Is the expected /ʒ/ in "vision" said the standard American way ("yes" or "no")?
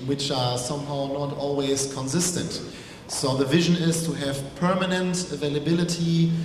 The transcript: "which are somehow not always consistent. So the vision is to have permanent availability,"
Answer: yes